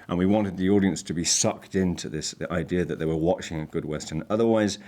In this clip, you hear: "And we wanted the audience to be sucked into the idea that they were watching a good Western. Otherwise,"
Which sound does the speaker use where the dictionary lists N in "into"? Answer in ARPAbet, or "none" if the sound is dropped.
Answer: N